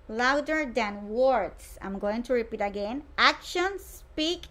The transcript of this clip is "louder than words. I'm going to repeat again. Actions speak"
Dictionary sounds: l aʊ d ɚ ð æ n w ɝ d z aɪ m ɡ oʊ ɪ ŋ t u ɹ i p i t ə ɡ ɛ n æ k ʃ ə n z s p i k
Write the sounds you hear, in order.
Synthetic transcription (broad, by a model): l aʊ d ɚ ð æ n w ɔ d s aɪ m ɡ oʊ ɪ ŋ t u ɹ i p i t ə ɡ ɛ n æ k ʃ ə n s p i k